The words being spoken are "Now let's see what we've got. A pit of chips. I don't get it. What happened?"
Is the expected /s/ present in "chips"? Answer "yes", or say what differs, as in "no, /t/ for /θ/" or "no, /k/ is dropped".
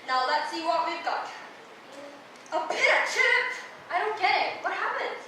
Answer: no, /s/ is dropped